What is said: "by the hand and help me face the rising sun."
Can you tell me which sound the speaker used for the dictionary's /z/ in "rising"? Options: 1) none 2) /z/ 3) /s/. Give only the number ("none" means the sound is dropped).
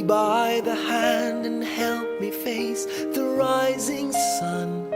2